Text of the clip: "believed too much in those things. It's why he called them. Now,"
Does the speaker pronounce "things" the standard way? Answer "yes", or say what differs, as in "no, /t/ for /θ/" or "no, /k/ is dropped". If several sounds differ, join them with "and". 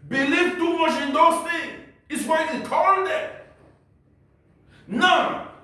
no, /z/ is dropped